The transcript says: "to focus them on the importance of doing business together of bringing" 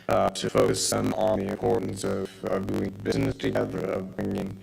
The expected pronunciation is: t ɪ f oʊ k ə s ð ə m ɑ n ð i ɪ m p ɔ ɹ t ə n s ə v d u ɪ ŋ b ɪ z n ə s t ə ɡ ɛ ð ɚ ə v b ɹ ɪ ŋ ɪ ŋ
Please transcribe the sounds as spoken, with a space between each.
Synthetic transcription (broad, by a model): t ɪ f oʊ ə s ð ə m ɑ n ð i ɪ m p ɔ ɹ t n s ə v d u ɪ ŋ b ɪ z n ə s t ə ɡ ɛ ð ɚ ə v b ɹ ɪ ŋ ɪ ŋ